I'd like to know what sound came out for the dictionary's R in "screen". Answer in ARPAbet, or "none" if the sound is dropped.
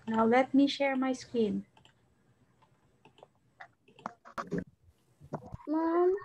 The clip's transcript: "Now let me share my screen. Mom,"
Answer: none